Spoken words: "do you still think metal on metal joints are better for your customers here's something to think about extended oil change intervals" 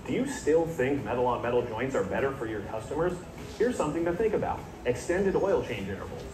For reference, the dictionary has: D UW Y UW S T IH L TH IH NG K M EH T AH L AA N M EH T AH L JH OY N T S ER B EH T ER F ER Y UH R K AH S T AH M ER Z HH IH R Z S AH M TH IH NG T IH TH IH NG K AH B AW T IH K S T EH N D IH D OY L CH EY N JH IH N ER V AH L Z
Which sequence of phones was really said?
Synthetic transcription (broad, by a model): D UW Y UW S T IH L TH IH NG K M EH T L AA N M EH T L JH OY N T S ER B EH T ER F ER Y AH R K AH S T AH M ER Z HH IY R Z S AH M TH IH NG T IH TH IH NG K AH B AW T IH K S T EH N D IH D OY L CH EY N JH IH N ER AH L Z